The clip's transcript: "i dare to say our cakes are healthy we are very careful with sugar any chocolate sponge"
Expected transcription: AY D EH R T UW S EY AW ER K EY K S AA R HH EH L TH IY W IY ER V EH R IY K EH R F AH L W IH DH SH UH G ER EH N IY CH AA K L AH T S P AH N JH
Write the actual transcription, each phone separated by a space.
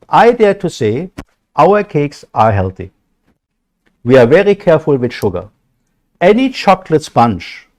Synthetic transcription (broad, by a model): AY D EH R T UW S EY AW ER K EY K S AA R HH EH L TH IY W IY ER V EH R IY K EH R F AH L W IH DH SH UH G ER EH N IY CH AA K L AH T S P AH N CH